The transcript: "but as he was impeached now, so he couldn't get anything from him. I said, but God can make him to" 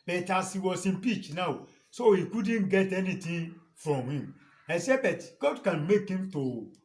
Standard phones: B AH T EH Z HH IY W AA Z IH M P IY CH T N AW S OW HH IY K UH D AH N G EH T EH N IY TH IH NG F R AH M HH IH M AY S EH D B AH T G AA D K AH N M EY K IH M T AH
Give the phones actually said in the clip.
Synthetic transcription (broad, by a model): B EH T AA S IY W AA S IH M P IY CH N AW S OW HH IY K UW D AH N G EH T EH N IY T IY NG F R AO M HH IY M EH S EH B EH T G AA D K AH N M EY K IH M T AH